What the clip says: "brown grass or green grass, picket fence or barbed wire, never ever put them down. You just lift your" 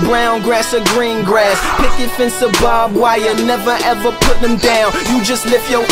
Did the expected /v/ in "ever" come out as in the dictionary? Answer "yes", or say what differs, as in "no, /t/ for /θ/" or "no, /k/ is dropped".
yes